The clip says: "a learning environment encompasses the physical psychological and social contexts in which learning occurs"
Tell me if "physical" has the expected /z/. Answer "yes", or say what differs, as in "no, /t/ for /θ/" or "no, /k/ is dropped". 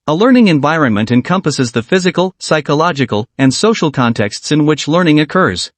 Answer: yes